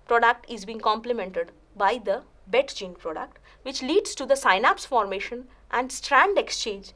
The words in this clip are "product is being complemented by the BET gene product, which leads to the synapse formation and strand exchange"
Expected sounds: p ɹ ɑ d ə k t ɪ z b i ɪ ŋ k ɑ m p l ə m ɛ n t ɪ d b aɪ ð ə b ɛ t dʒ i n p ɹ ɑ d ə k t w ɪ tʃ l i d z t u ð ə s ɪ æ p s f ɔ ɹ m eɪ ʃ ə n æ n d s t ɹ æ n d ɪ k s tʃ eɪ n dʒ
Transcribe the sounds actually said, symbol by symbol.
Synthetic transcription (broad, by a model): p ɹ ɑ d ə k t ɪ z b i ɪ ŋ k ɑ m p l ə m ɛ n t ɪ d b aɪ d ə b ɛ t dʒ i n p ɹ ɑ d ə k t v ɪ tʃ l i d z t u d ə s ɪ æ p s f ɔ ɹ m eɪ ʃ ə n æ n d s t ɹ æ n d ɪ k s tʃ eɪ n dʒ